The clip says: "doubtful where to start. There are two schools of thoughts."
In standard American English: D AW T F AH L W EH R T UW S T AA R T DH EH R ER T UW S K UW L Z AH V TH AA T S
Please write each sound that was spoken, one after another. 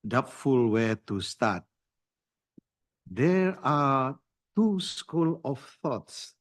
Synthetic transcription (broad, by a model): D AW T F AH L W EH T UW S T AA T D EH R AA T UW S K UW L AH F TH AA T S